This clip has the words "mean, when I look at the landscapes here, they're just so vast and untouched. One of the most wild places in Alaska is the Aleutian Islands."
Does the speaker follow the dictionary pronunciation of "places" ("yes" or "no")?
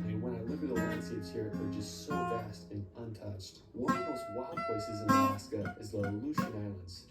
yes